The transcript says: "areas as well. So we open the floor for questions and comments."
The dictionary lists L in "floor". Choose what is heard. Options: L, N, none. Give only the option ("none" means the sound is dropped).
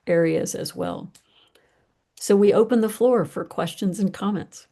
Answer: L